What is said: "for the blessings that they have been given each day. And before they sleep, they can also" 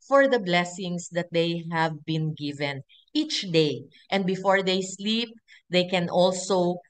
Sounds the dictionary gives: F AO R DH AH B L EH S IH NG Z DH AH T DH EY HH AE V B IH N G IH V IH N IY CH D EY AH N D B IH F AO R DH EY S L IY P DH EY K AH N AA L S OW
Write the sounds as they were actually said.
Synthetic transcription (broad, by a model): F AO R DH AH B L EH S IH NG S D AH T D EY HH AE V B IH N G IH V IH N IY CH D EY AH N D B IH F AO R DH EY S L IY P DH EY K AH N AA L S OW